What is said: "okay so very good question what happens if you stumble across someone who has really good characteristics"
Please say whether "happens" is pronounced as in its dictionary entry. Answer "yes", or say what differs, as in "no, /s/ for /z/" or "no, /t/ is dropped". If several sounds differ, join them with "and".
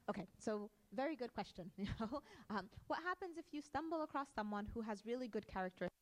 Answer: yes